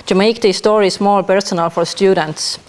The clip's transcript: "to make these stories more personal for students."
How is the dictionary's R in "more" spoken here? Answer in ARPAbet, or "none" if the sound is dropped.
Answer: L